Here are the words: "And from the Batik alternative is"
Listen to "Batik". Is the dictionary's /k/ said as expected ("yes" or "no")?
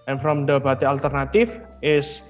no